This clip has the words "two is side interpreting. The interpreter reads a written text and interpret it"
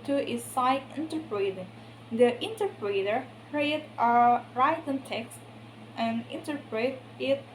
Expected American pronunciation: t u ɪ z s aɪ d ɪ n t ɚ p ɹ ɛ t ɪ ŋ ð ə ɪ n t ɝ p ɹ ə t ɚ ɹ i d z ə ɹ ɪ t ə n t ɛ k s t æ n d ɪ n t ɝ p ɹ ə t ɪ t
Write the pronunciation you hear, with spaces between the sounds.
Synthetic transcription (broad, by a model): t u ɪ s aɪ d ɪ n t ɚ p ɹ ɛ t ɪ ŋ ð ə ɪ n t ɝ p ɹ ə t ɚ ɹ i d ə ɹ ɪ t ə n t ɛ k s t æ n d ɪ n t ɝ p ɹ ə t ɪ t